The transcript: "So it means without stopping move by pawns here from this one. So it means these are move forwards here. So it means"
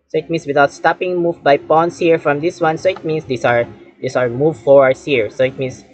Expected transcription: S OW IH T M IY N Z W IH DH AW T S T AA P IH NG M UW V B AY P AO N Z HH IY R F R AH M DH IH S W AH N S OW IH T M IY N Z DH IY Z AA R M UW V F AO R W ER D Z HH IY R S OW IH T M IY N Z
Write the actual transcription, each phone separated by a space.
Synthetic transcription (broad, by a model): S OW IH T M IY N S W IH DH AW T S T AA P IH NG M UW V B AY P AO N S HH IY R F R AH M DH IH S W AH N S OW IH T M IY N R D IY S AA R M UW V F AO R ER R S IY R S OW IH T M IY N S